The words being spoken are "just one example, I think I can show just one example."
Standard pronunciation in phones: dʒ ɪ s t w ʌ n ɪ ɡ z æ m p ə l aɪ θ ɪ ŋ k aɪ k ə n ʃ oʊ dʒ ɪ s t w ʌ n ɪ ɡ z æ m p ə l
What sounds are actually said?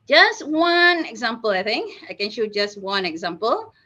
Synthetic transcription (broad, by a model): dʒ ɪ s t w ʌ n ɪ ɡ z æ m p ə l aɪ θ ɪ ŋ k aɪ k ə n ʃ oʊ dʒ ɪ s t w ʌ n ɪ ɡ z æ m p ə l